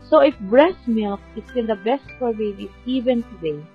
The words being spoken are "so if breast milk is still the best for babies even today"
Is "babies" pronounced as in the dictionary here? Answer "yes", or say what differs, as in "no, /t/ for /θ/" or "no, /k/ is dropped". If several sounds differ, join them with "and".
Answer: no, /z/ is dropped